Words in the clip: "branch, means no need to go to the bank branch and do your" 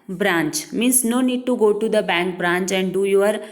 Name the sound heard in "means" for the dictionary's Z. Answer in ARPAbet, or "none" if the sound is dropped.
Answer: S